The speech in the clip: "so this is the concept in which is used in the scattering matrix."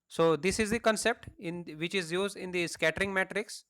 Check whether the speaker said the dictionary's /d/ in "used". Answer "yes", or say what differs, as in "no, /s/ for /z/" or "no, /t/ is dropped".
yes